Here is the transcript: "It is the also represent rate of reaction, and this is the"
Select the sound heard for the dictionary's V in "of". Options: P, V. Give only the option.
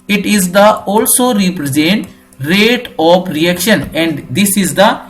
P